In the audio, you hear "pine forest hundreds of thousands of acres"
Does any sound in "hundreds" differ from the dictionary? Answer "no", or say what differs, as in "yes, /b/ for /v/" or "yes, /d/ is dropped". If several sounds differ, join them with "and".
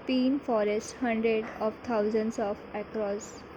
yes, /z/ is dropped